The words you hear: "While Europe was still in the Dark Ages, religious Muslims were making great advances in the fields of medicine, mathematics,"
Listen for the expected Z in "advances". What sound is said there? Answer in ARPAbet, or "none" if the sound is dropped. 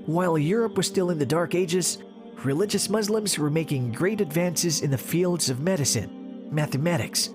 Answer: Z